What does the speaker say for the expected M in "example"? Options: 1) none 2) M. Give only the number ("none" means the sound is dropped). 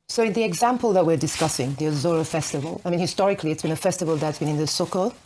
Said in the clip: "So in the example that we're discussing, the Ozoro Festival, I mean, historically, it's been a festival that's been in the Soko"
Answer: 2